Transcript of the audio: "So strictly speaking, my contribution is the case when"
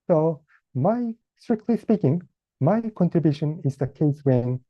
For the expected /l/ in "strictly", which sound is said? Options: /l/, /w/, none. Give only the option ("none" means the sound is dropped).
/l/